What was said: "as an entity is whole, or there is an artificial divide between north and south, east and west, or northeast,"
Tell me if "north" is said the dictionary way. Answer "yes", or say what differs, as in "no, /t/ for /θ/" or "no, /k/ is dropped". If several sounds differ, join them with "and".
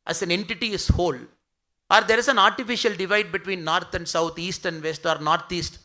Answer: no, /t/ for /θ/